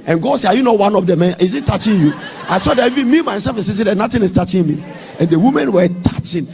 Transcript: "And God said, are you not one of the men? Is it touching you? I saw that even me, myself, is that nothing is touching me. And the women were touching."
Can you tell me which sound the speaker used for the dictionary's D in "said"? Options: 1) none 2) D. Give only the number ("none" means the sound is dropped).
1